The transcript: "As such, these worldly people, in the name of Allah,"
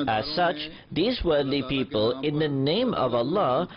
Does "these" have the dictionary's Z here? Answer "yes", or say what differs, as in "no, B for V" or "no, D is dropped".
yes